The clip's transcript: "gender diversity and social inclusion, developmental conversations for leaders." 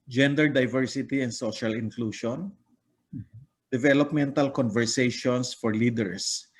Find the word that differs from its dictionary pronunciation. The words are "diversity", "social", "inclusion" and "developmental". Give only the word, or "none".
inclusion